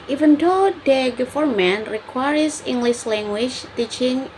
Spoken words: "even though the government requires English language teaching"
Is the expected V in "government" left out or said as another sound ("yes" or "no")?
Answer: yes